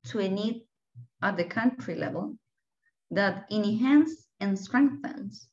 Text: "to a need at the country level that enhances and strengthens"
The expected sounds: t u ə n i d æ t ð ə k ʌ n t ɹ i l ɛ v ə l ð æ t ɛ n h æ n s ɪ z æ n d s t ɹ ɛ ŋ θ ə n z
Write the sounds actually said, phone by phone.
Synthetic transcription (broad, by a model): t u ə n i d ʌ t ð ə k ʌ n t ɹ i l ɛ v ə l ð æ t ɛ n h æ n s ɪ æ n s t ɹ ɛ ŋ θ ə n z